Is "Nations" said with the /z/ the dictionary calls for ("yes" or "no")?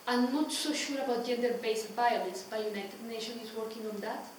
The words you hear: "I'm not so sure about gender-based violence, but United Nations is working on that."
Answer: no